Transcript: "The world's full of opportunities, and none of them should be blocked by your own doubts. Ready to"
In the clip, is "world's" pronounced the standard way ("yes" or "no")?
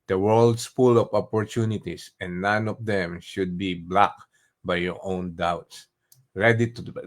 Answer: no